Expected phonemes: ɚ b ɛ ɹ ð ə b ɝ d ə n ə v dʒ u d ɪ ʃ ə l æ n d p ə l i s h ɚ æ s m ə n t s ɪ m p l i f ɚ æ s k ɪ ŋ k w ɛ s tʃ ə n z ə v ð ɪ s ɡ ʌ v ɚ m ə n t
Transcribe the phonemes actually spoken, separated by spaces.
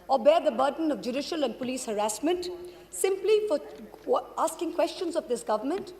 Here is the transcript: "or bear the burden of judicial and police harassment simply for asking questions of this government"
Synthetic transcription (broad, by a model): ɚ b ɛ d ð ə b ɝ d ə n ə v dʒ u d ɪ ʃ ə l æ n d p ə l i s h ɚ æ s m ə n t s ɪ m p l i f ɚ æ s k ɪ ŋ k w ɛ s tʃ ə n z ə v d ɪ s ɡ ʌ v ɚ m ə n t